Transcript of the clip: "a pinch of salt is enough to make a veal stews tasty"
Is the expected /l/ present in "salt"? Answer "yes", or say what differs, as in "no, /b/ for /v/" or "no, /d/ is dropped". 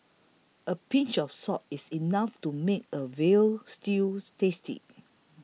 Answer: no, /l/ is dropped